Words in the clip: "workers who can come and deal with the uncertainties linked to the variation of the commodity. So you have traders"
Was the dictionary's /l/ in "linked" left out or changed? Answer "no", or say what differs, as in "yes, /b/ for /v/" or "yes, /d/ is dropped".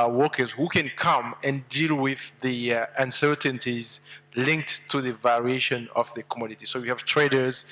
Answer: no